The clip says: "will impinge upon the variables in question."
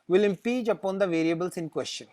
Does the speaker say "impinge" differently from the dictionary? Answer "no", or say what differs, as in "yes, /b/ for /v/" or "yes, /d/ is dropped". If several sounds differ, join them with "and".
yes, /n/ is dropped